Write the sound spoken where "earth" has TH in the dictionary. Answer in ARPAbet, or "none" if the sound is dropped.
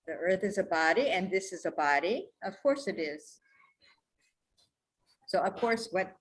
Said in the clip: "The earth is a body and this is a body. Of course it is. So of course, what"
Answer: TH